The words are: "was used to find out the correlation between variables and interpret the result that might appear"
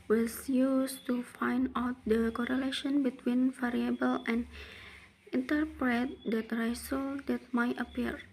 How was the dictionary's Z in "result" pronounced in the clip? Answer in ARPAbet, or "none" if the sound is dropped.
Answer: S